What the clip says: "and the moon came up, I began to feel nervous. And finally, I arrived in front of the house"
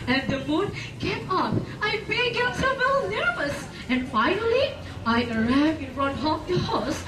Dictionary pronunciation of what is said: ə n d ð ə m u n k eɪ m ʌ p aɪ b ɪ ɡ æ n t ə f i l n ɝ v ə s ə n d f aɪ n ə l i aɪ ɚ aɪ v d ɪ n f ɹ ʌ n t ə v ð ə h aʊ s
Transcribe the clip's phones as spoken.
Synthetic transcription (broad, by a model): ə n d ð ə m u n k eɪ m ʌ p aɪ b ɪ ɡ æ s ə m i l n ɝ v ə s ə n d f aɪ n ə l i aɪ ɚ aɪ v ɪ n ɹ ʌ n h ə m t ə h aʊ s